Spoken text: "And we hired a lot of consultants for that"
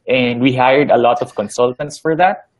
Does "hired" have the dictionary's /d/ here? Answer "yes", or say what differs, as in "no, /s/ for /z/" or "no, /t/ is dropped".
yes